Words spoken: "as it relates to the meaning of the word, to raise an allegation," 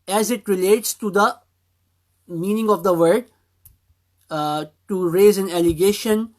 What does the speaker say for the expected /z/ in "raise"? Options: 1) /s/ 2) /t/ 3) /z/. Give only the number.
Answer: 3